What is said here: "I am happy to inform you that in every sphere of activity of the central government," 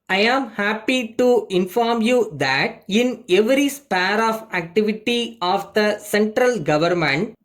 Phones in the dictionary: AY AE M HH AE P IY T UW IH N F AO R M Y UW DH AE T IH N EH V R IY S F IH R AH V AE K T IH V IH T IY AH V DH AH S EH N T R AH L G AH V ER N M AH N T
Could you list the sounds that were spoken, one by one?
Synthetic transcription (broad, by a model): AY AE M HH AE P IY T UW IH N F AO R M Y UW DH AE T IH N EH V R IY S P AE R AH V AE K T IH V IH T IY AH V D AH S EH N T R AH L G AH V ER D M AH N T